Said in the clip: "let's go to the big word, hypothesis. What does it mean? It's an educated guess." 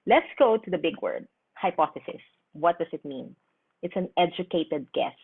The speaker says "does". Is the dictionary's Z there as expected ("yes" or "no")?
no